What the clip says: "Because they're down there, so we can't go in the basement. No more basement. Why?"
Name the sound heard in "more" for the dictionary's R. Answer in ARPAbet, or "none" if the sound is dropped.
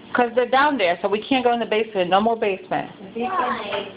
L